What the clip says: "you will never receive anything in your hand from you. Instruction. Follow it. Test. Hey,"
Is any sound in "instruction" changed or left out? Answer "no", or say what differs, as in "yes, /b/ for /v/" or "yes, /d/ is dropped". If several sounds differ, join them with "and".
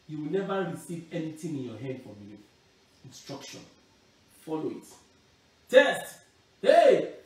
no